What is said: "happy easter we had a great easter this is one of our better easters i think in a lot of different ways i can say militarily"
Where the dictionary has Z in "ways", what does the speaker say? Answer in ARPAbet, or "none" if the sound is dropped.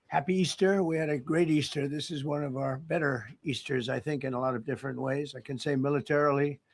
Z